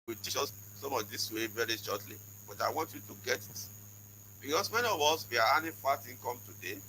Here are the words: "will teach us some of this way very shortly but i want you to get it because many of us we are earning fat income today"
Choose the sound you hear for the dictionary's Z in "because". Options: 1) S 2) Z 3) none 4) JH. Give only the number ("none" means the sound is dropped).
1